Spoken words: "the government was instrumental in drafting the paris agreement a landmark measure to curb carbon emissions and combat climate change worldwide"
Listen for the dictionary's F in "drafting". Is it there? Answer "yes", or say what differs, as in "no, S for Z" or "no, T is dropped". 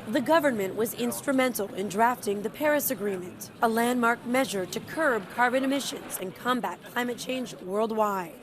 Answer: yes